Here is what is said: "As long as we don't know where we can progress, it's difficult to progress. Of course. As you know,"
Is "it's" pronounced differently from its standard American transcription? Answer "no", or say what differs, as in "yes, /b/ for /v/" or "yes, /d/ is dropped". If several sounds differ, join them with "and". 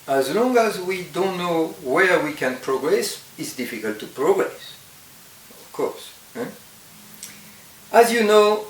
no